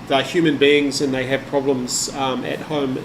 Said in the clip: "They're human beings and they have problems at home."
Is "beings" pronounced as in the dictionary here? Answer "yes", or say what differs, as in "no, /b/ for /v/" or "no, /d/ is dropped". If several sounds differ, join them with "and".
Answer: yes